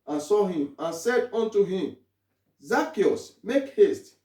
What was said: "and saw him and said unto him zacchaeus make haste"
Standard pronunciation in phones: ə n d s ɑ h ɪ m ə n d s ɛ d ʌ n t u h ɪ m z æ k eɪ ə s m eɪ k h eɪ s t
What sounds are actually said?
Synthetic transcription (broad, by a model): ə n s ɑ h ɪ m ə n s ɛ d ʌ n t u h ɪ m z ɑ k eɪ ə s m eɪ k h eɪ s t